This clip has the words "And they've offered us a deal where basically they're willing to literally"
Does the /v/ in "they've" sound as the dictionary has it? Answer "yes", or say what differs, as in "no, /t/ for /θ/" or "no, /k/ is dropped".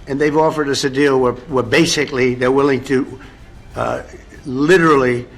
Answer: yes